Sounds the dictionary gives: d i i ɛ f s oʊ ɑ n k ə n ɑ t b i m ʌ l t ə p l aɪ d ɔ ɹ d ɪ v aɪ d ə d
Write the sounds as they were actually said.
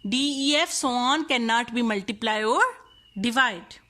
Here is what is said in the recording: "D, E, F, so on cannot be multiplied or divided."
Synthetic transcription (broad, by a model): d i i ɛ f s oʊ ɑ n k ə n ɑ t b i m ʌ l t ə p l aɪ ɔ ɹ d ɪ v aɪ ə d